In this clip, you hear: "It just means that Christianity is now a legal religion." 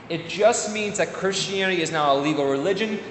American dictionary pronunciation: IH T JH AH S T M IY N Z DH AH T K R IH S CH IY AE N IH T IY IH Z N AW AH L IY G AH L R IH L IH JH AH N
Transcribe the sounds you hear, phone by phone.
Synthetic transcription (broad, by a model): IH T JH AH S T M IY N Z DH AH T K R IH S CH IY AE N IH T IY IH Z N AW AH L IY G L R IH L IH JH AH N